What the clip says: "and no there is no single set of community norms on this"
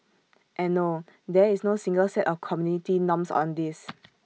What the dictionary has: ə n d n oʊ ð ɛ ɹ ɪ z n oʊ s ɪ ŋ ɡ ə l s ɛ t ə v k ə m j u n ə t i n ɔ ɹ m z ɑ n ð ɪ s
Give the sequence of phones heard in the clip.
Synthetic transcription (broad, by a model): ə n n oʊ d ɛ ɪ s n oʊ s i ŋ ɡ ə l s ɛ t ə f k ə m j u n ə t i n ɔ m s ɑ n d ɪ s